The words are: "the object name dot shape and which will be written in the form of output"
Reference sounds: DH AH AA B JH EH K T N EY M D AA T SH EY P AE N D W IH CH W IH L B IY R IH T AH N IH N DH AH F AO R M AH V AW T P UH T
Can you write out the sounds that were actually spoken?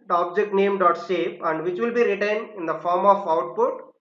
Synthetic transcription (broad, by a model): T AA B JH EH K T N EY M D AA T S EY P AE N D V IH CH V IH L B IY R IH T AH N IH N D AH F AO R M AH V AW T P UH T